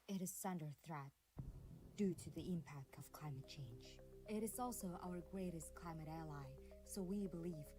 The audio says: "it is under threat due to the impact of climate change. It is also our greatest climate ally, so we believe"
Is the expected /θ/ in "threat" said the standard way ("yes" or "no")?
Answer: yes